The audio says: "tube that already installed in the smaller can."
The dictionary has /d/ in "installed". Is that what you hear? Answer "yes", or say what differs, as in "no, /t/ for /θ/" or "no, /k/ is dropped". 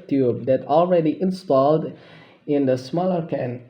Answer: yes